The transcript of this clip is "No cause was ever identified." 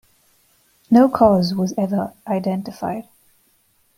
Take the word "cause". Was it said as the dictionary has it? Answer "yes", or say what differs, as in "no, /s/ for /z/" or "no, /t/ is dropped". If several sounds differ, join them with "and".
yes